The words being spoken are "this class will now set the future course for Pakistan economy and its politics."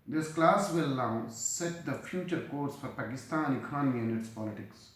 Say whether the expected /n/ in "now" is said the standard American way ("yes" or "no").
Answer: no